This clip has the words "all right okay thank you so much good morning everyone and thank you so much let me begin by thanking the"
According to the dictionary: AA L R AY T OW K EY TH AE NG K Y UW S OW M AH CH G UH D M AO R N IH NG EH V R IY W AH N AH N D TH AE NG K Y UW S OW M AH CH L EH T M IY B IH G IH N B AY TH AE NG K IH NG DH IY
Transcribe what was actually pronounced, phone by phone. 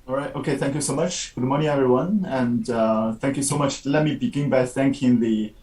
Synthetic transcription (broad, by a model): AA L R AY T OW K EY TH AE NG K Y UW S OW M AH CH G UH D M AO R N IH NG EH V R IY W AH N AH N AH TH AE NG K Y UW S OW M AH CH L EH T M IY B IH G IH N B AY TH AE NG K IH NG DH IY